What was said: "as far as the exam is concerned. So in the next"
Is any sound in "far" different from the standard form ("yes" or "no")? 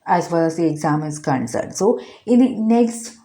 yes